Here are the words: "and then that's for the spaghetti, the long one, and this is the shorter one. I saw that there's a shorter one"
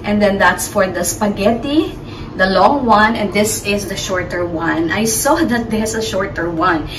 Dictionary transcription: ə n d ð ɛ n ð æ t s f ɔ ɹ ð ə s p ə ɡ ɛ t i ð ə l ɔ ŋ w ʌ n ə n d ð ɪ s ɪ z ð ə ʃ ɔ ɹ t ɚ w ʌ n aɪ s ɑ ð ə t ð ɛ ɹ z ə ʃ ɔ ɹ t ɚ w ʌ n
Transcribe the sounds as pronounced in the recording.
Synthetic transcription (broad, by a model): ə n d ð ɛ n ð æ t s f ɔ ɹ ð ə s p ə ɡ ɛ t i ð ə l ɔ ŋ w ʌ n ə n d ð ɪ s ɪ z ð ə ʃ ɔ ɹ t ɚ w ʌ n aɪ s ɑ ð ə t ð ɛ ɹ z ə ʃ ɔ ɹ t ɚ w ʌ n